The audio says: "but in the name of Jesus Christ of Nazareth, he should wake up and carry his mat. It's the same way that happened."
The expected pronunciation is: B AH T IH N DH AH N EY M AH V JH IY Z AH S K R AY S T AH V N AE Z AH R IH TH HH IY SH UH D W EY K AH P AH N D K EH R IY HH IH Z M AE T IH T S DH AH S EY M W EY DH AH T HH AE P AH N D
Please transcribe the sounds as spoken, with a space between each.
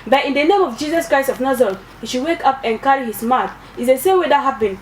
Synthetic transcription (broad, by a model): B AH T IH N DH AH N EY M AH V JH IY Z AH S K R AY S T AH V N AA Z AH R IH T HH IY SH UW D W EY K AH P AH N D K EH R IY HH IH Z M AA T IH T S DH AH S EY M W EY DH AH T HH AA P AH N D